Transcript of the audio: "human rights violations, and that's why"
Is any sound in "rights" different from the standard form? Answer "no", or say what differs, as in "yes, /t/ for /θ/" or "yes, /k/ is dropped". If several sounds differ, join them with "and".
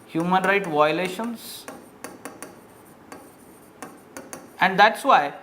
yes, /s/ is dropped